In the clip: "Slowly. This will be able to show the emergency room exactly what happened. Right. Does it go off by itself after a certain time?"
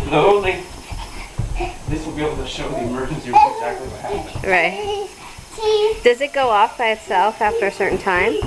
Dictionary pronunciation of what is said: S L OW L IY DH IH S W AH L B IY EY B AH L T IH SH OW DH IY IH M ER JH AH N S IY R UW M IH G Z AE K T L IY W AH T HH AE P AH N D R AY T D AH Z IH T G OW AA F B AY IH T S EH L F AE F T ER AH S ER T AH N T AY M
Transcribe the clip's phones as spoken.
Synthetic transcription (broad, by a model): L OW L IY DH IH S W AH L B IY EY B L T IH SH OW DH IY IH M ER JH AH N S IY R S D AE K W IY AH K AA AH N R AY T D AH Z IH T G OW AA F B AY IH T S EH L F AE F T ER AH S ER T N T AY M